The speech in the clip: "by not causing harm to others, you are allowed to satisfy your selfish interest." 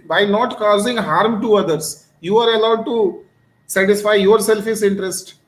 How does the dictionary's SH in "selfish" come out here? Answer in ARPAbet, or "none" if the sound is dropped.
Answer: S